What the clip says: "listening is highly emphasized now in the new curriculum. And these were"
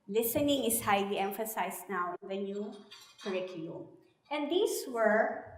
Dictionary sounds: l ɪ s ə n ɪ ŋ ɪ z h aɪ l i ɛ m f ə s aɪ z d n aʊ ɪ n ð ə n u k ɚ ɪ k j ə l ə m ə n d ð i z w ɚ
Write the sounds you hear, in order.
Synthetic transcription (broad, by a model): l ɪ s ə n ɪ ŋ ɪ s h aɪ l i ɛ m f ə s aɪ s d n aʊ ɪ n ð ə n u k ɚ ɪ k j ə l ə m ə n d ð i s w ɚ